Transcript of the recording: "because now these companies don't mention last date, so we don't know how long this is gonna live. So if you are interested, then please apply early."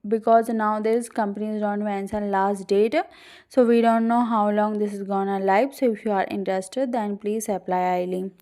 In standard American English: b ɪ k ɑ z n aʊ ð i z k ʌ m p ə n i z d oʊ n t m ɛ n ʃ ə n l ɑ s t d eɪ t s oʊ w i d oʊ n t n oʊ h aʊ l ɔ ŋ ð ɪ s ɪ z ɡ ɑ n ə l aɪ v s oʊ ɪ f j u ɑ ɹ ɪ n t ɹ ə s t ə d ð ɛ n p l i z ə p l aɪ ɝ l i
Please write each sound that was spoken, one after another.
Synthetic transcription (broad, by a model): b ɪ k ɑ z n aʊ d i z k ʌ m p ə n i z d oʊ n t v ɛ n s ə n l ɑ s t d eɪ t s oʊ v i d oʊ n t n oʊ h aʊ l ɔ ŋ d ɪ s ɪ z ɡ ɑ n ə l aɪ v s oʊ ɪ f j u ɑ ɹ ɪ n t ɹ ə s t ə d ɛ n p l i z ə p l aɪ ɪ l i